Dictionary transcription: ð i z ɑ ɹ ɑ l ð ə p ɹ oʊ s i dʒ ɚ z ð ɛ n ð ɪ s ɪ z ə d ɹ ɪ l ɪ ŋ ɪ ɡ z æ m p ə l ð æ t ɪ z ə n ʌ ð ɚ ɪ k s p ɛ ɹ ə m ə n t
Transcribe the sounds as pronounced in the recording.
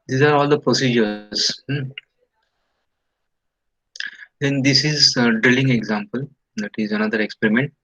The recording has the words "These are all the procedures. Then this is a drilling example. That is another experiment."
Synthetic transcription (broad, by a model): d i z ɑ ɹ ɑ l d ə p ɹ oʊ s i dʒ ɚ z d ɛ n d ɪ s ɪ z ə d ɹ ɪ l ɪ ŋ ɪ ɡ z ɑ m p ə l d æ t ɪ z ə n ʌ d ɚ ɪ k s p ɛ ɹ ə m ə n t